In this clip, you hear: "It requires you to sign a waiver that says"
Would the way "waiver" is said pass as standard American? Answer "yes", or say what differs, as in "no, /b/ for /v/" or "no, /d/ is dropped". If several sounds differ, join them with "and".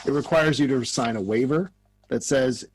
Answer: yes